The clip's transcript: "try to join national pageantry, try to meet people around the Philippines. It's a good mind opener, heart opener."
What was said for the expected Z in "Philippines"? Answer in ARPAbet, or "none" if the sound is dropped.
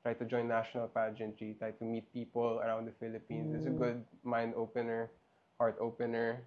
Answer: S